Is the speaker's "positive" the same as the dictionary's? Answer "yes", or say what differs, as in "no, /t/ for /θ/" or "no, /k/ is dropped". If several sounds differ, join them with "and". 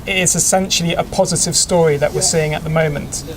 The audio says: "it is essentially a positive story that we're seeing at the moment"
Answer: yes